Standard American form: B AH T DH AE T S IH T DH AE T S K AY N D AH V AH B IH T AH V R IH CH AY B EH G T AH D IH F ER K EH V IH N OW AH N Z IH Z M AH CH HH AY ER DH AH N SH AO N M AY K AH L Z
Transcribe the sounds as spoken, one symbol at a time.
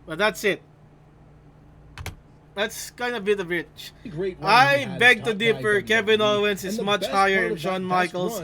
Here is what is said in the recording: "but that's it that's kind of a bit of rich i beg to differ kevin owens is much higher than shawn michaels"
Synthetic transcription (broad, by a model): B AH T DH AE T S IH T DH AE T S K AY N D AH AH B IH T AH V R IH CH AY B EH G T AH D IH P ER K EH V IH N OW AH N S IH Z M AH CH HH AY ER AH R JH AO N M AY K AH L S